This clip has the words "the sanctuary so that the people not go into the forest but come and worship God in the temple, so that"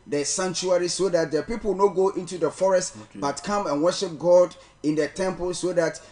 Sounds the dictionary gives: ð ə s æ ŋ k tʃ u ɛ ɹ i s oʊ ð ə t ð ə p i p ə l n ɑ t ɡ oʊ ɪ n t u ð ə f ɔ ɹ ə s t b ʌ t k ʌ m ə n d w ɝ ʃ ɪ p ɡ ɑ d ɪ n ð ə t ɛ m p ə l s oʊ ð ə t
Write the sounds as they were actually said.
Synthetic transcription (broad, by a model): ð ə s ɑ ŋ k tʃ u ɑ ɹ i s oʊ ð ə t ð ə p i p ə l n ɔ ɡ oʊ ɪ n t u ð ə f ɔ ɹ ə s t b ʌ t k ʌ m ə n w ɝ ʃ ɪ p ɡ ɑ d ɪ n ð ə t ɛ m p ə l s oʊ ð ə t